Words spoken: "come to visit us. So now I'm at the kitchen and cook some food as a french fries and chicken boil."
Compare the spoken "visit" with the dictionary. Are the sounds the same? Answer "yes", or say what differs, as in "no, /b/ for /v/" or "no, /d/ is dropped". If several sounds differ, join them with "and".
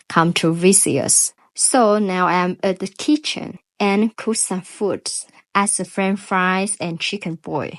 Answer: no, /t/ is dropped